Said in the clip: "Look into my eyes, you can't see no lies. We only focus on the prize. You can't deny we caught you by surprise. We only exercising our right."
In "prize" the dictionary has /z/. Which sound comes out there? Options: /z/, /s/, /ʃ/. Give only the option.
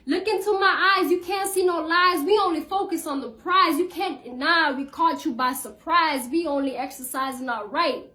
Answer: /z/